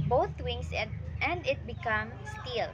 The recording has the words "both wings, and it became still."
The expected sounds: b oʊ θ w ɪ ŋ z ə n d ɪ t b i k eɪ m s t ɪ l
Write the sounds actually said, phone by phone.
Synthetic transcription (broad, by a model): b oʊ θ w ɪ ŋ s ə n d ɪ t b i k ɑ m s t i l